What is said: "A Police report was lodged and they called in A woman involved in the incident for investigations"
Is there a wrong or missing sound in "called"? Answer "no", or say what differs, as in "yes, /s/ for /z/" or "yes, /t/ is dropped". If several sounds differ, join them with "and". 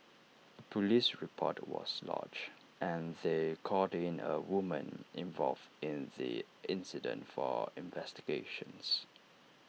yes, /l/ is dropped